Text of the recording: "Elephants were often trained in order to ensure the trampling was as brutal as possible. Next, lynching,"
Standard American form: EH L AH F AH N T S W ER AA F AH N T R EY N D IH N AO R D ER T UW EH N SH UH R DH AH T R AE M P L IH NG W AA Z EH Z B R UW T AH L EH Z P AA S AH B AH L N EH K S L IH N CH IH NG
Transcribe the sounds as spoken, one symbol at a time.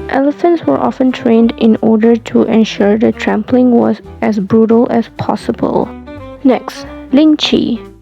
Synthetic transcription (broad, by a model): EH L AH F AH N T S W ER AA F AH N T R EY N D IH N AO R D ER T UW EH N SH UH R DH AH T R AE M P L IH NG W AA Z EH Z B R UW T AH L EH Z P AA S AH B AH L N EH K S L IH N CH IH